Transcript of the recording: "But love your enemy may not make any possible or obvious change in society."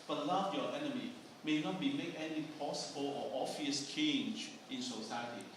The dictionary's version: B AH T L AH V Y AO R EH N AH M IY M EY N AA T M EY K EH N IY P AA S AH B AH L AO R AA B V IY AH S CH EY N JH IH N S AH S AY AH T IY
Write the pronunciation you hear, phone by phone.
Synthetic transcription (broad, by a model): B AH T L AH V Y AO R EH N AH M IY M EY N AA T M EY K EH N IY P AA S AH B AH L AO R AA V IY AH S CH EY N JH IH N S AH S AY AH T IY